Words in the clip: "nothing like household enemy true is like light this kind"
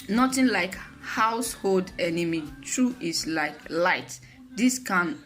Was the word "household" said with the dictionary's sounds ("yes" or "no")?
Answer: yes